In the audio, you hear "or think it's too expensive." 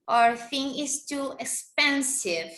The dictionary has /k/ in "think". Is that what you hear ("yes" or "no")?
no